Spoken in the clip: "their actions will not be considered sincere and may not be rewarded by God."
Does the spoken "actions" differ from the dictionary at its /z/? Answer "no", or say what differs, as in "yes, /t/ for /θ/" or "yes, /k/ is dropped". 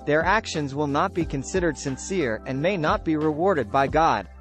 no